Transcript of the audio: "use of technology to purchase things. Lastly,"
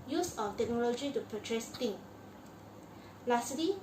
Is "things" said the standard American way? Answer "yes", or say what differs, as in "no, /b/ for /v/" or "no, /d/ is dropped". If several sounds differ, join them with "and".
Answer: no, /t/ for /θ/